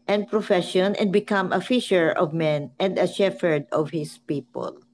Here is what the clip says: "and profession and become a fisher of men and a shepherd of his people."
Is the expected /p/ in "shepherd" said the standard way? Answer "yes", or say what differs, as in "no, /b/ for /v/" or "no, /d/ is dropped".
no, /f/ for /p/